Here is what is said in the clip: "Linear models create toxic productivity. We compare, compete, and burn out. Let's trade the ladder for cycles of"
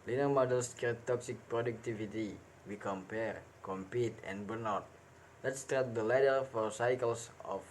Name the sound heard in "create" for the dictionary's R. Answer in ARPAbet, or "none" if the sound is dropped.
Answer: none